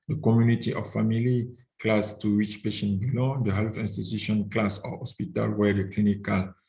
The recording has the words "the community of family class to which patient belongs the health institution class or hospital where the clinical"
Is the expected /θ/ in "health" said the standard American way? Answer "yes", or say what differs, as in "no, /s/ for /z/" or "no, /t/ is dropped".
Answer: no, /f/ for /θ/